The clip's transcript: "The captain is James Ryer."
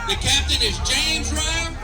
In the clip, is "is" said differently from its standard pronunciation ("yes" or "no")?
no